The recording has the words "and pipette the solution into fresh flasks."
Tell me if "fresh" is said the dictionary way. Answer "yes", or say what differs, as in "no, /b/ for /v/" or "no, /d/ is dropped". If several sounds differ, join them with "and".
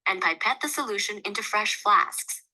yes